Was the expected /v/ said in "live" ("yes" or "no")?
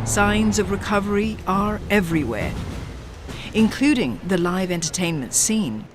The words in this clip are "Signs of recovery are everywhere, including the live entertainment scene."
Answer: yes